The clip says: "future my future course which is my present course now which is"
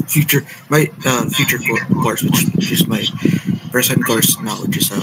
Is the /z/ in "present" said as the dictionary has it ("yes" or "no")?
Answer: no